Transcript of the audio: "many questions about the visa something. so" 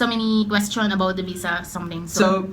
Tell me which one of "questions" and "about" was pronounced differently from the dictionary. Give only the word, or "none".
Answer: questions